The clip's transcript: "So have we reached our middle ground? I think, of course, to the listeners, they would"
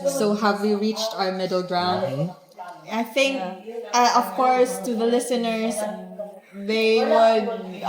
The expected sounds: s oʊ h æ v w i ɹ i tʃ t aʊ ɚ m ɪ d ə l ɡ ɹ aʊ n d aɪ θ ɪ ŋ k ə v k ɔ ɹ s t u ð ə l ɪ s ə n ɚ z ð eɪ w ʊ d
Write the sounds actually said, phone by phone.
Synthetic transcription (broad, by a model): s oʊ h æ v w i ɹ i tʃ t aʊ ɚ m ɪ d l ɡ ɹ aʊ n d aɪ θ ɪ ŋ k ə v k ɔ ɹ s t u ð ə l ɪ s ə n ɚ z ð eɪ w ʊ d